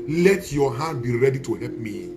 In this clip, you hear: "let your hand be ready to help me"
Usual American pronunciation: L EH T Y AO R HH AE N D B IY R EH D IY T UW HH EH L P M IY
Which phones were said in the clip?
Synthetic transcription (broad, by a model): L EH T Y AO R HH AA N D B IY R EH D IY T UW HH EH P M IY